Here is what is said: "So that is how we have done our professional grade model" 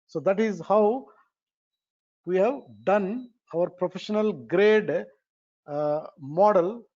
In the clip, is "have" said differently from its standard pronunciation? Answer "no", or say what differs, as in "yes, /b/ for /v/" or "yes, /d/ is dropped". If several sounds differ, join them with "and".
no